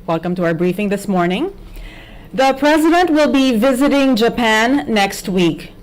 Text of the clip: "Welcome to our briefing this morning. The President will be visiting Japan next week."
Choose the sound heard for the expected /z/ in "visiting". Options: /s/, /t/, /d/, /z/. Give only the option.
/z/